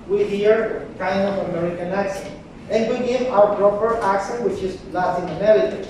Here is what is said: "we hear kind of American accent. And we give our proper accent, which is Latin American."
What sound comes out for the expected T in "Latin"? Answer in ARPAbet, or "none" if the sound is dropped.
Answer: S